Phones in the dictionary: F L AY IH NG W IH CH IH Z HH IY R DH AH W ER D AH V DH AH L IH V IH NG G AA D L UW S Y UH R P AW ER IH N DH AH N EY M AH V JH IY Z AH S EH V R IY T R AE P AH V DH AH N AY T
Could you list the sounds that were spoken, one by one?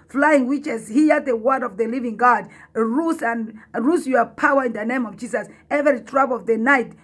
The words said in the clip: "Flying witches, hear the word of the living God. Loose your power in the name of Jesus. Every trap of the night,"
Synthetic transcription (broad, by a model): F L AY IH NG W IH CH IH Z HH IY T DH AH W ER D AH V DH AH L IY V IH NG G AA D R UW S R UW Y P AW ER IH N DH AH N EY M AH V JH IY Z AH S EH V R IY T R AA B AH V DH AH N AY T